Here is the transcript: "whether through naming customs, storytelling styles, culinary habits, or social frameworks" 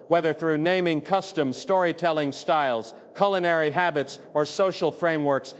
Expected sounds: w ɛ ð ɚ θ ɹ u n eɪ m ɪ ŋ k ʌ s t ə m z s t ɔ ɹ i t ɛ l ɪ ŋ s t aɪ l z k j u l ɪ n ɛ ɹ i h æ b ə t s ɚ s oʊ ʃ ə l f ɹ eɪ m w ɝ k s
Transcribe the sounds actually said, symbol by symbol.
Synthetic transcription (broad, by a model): w ɛ ð ɚ θ ɹ u n eɪ m ɪ ŋ k ʌ s t ə m z s t ɔ ɹ i t ɛ l ɪ ŋ s t aɪ l z k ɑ l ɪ n ɛ ɹ i h æ b ə t s ɚ s oʊ ʃ l f ɹ eɪ m w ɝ k s